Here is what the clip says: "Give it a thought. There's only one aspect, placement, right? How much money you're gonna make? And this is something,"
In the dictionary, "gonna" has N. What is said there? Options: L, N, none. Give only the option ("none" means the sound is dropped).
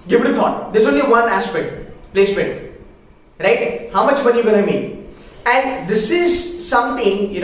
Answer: none